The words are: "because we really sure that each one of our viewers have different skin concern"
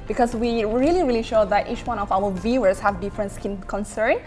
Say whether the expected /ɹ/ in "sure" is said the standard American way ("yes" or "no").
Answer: no